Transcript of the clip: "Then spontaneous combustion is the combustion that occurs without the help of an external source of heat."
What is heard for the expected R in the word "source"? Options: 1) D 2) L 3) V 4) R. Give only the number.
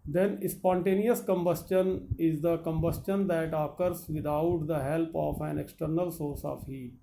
4